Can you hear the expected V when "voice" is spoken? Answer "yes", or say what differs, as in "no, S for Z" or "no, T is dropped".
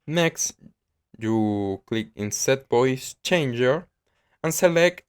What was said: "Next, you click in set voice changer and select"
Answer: no, B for V